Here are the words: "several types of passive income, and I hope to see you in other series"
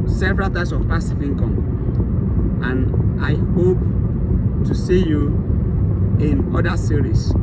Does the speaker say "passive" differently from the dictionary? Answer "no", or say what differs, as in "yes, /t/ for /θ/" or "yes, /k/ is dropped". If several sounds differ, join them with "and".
yes, /f/ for /v/